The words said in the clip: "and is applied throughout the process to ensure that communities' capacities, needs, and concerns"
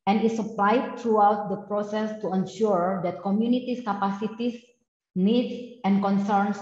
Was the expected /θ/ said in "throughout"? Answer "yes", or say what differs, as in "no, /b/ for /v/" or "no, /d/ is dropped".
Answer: no, /t/ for /θ/